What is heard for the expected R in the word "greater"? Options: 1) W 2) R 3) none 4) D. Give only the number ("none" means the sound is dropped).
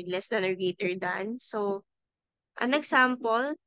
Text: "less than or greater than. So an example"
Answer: 3